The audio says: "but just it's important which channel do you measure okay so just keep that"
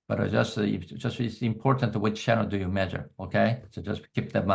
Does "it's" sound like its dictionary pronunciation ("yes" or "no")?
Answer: no